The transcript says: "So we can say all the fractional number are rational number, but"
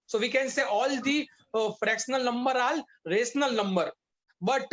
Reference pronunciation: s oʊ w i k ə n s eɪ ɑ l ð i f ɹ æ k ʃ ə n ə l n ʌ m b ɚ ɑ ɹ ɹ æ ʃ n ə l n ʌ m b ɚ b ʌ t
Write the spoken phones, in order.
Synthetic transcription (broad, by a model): s oʊ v i k ə n s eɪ ɑ l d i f ɹ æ k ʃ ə n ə l n ʌ m b ɚ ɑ l ɹ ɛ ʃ n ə l n ʌ m b ɚ b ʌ t